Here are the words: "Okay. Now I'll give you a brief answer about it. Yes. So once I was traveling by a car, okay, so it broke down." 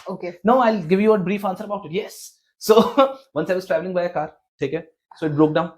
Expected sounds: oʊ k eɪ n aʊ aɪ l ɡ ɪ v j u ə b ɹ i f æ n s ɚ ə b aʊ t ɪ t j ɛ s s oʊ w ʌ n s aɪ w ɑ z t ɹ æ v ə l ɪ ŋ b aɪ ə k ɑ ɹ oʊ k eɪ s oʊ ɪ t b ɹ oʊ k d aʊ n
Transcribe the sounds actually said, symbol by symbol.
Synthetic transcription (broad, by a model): oʊ k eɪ n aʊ aɪ l ɡ ɪ v j u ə b ɹ i f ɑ n s ɚ ə b aʊ t ɪ t j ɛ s s oʊ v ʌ n s aɪ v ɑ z t ɹ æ v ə l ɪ ŋ b aɪ ə k ɑ ɹ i k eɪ s oʊ ɪ t b ɹ oʊ k d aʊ n